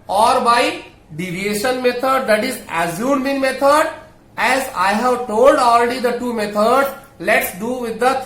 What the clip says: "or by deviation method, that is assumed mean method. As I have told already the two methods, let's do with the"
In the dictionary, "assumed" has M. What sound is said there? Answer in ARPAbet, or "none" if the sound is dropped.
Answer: none